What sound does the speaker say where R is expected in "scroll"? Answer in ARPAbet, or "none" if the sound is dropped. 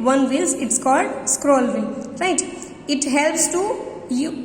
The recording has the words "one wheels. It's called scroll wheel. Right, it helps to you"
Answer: R